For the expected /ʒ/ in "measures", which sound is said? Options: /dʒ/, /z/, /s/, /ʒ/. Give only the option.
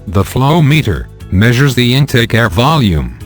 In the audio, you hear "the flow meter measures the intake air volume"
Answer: /ʒ/